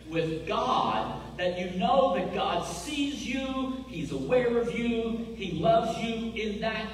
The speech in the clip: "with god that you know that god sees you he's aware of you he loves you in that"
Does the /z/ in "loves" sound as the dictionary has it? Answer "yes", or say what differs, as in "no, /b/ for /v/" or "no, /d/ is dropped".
yes